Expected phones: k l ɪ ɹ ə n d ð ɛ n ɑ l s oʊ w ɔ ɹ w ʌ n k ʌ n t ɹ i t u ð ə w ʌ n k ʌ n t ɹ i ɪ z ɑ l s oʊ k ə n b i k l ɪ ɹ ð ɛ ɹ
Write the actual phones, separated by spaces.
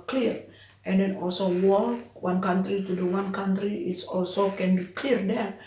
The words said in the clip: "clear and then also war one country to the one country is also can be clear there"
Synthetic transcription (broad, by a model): k l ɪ ɹ ə n d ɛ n ɑ l s oʊ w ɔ l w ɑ n k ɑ n t ɹ i t u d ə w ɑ n k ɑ n t ɹ i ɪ s ɑ l s oʊ k ə n b i k l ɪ ɹ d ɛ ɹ